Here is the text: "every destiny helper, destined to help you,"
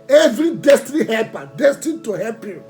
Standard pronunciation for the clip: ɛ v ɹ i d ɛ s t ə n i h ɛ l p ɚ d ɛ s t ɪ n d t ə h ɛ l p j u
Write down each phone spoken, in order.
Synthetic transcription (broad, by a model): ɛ v ɹ i d ɛ s t ə n i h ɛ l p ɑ d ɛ s t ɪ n t ə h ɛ p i